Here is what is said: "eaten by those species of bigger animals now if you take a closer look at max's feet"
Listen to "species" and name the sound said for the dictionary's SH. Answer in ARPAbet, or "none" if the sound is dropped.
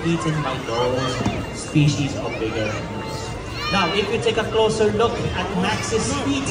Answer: SH